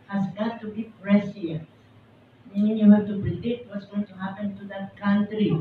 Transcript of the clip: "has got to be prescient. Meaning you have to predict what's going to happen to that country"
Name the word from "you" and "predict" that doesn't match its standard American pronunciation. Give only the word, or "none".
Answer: predict